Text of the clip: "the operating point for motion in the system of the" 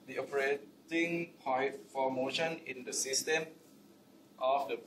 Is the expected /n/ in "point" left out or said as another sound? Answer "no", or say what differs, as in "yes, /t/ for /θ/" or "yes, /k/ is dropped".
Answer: yes, /n/ is dropped